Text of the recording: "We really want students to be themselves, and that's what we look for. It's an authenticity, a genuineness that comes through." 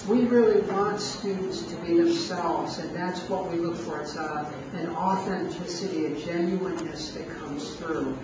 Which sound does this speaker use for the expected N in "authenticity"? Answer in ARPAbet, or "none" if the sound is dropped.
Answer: N